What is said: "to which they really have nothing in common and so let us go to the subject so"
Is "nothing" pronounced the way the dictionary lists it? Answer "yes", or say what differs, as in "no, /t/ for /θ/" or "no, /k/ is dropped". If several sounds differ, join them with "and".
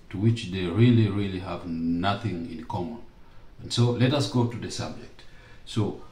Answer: yes